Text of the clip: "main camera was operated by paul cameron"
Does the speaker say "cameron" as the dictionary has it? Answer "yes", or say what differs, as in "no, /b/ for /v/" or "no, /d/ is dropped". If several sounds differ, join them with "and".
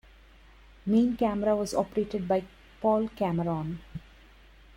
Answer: yes